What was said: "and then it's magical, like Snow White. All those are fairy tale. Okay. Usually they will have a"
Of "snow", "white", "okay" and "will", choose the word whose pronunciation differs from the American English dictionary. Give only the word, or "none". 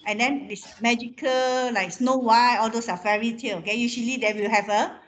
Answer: white